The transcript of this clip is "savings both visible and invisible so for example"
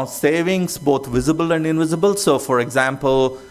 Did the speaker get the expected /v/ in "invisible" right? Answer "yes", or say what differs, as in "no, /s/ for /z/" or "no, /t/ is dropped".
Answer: yes